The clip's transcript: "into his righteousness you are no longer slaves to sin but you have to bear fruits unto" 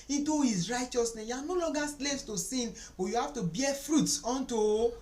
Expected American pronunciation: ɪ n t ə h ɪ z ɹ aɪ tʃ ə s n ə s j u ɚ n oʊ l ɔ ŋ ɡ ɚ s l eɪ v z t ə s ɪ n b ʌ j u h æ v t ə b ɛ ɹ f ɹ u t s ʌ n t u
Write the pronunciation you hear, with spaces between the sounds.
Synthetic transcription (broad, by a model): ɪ n t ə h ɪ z ɹ aɪ tʃ ə s n ə s j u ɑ n oʊ l ɔ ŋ ɡ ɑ s l eɪ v s t ə s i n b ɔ j u h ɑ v t ə b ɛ f ɹ u t s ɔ n t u